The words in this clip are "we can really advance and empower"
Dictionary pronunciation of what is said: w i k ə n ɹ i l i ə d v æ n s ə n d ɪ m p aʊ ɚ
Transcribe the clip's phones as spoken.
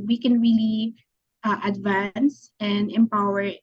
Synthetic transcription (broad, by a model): w i k ə n ɹ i l i ə d v æ n s ə n d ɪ m p aʊ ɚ